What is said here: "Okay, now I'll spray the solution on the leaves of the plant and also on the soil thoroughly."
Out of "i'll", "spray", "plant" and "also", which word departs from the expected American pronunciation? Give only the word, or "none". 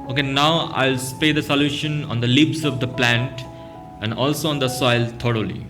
spray